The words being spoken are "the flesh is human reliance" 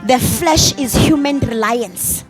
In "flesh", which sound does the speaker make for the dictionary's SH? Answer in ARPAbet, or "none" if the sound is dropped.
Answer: SH